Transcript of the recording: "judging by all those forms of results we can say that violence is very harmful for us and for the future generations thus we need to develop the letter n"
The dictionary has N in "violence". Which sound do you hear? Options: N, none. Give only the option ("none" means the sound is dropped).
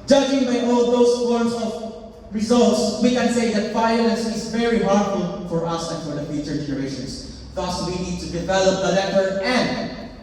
none